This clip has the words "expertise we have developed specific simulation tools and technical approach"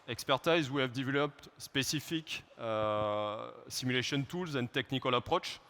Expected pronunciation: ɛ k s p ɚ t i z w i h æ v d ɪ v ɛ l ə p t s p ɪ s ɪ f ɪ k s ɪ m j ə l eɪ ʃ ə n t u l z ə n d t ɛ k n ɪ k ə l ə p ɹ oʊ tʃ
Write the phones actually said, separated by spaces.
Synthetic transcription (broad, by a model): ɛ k s p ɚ t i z w i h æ v d ɪ v ɛ l ə p t s p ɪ s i f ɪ k s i m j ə l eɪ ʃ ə n t u l z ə n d t ɛ k n ɪ k ə l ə p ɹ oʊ tʃ